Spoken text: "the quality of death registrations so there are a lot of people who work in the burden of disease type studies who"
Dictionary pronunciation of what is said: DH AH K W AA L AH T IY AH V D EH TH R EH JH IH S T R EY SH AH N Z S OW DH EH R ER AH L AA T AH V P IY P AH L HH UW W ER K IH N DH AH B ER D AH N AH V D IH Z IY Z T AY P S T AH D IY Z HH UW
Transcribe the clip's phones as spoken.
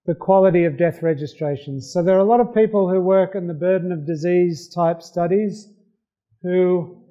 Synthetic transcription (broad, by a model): DH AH K W AA L AH T IY AH V D EH TH R EH JH IH S T R EY SH AH N Z S OW DH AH R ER AH L AA T AH V P IY P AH L HH UW W ER K IH N DH AH B ER D N AH V D IH Z IY Z T AY P S T AH D IY Z HH UW